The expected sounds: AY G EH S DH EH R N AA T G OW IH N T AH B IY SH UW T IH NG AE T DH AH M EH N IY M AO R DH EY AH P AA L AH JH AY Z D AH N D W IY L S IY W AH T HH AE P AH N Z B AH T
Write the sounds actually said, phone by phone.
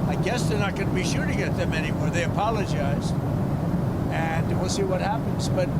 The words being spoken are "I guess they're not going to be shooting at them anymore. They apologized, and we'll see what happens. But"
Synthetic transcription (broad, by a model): AY G EH S DH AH R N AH T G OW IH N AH B IY SH UW T IH NG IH T DH AH M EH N IY M AO R DH EY AH P AA L AH JH AY Z D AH N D W IY L S IY W AH T HH AE P AH N Z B AH T